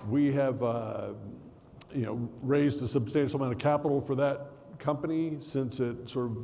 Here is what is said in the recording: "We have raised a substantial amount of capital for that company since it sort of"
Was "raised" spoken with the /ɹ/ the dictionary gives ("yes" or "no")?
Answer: yes